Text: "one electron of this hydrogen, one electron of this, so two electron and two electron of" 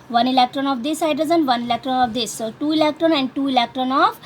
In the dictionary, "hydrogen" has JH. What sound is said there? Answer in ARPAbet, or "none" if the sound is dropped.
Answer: Z